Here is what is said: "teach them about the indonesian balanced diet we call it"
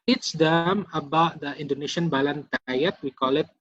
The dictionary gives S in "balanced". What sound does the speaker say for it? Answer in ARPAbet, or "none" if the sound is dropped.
none